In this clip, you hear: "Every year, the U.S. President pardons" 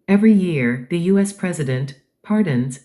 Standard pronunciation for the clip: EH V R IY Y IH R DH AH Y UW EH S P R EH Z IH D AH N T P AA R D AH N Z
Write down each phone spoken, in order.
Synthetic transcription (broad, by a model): EH V R IY Y IH R DH AH Y UW EH S P R EH Z IH D AH N T P AA R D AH N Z